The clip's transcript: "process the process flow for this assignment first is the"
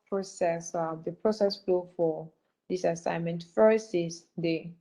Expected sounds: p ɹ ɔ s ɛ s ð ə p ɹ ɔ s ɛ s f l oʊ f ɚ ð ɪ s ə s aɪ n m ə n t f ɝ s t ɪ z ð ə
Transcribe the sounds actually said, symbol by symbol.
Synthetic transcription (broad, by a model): p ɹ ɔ s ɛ s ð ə p ɹ ɔ s ɛ s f l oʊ f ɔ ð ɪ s ə s aɪ n m ə n t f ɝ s ɪ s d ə